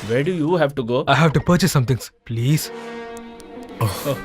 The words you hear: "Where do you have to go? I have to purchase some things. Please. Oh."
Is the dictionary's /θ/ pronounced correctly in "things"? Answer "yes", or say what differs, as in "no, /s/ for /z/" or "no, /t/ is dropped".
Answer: no, /t/ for /θ/